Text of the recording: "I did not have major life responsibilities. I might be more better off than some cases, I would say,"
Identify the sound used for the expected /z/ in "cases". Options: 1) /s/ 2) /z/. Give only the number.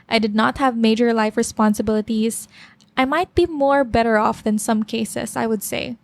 1